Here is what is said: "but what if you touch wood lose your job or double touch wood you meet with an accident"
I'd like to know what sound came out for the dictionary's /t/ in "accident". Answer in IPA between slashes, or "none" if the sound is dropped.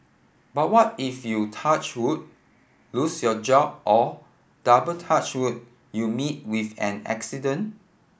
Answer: none